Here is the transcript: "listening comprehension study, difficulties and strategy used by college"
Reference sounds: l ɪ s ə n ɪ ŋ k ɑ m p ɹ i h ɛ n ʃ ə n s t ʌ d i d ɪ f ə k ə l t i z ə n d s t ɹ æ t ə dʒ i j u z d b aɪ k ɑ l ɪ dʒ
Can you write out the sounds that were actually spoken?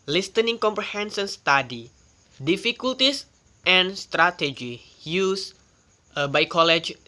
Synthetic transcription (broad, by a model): l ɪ s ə n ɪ ŋ k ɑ m p ɹ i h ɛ n s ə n s t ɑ d i d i f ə k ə l t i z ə n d s t ɹ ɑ t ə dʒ i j u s b aɪ k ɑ l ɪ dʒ